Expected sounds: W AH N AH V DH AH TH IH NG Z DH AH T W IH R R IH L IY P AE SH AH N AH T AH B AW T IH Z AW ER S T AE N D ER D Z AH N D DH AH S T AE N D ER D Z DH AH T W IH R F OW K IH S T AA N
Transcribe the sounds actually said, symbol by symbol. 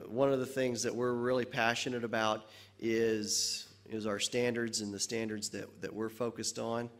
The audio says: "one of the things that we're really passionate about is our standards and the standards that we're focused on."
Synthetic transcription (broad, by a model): W AH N AH V DH AH TH IH NG Z DH AH T W IH R R IH L IY P AE SH AH N AH T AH B AW T IH Z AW ER S T AE N D ER D Z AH N DH AH S T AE N D ER D Z DH AH T W IH R F OW K IH S T N